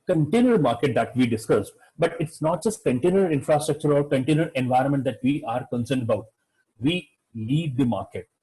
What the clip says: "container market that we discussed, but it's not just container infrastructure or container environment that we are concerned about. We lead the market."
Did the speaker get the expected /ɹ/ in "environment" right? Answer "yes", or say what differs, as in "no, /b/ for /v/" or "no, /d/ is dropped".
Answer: yes